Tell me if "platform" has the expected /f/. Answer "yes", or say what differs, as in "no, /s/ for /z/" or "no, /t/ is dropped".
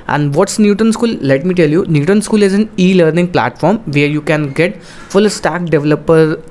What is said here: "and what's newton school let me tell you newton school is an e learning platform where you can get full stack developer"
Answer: yes